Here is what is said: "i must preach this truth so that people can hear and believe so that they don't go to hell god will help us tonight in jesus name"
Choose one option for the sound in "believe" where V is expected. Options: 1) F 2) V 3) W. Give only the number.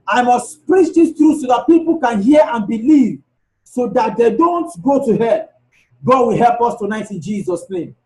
2